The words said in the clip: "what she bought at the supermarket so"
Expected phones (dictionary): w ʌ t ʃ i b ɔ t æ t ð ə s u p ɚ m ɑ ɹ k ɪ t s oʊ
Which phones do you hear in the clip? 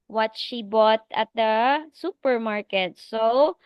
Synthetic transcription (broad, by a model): w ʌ t ʃ i b ɔ t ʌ t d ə s u p ɚ m ɑ ɹ k ɪ t s oʊ